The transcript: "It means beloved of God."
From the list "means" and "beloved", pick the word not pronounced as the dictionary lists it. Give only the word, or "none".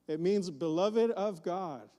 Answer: none